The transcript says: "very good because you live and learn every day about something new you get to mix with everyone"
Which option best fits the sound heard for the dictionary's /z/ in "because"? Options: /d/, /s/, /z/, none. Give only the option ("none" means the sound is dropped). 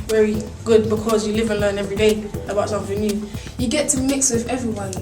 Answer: /z/